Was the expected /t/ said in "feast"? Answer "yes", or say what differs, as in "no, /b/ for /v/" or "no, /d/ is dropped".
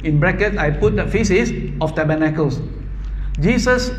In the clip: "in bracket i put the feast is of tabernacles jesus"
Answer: no, /t/ is dropped